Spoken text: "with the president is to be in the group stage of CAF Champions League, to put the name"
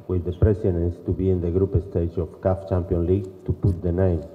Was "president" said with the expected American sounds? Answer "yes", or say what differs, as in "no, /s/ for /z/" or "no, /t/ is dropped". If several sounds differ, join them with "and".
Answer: no, /s/ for /z/